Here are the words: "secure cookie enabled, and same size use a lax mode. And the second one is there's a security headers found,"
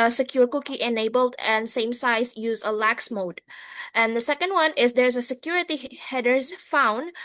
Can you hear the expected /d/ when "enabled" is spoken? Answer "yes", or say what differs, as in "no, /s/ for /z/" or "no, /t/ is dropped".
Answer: yes